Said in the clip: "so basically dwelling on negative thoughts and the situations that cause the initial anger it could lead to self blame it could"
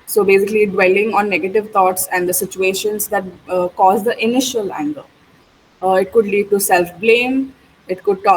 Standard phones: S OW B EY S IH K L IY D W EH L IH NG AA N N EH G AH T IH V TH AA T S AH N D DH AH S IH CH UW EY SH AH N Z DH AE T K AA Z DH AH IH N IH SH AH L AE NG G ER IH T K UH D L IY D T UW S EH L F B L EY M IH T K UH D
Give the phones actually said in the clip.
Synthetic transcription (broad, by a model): S OW B EY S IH K L IY D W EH L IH NG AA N N EH G AH T IH V T AA T S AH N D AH S IH CH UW EY SH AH N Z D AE T K AA Z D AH IH N IH SH AH L AE NG G ER IH T K UH D L IY D T UW S EH L F B L EY M IH T K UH D